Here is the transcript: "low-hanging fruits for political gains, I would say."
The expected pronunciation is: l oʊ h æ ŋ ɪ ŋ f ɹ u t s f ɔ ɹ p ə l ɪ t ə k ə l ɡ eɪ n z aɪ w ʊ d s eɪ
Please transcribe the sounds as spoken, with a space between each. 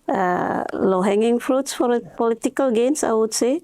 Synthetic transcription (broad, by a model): l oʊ h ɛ ŋ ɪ ŋ f ɹ u t s f ɔ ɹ p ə l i t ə k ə l ɡ eɪ n s aɪ w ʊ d s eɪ